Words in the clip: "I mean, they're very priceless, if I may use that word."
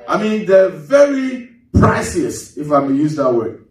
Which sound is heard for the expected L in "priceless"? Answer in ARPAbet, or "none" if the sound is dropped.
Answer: none